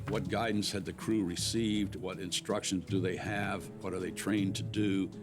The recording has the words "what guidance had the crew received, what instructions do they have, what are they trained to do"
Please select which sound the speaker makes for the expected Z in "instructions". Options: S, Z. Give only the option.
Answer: Z